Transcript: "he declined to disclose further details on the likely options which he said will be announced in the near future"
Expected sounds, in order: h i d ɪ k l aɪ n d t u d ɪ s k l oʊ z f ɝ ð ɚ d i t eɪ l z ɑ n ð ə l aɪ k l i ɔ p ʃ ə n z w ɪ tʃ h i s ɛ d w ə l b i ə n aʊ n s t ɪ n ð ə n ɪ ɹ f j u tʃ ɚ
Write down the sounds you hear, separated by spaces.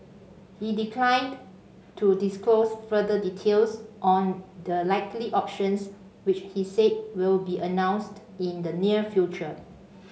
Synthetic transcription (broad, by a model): h i d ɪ k l aɪ n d t u d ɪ s k l oʊ s f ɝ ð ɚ d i t eɪ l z ɑ n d ə l aɪ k l i ɔ p ʃ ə n s w ɪ tʃ h i s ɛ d w ə l b i ə n aʊ n s t ɪ n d ə n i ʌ f j u tʃ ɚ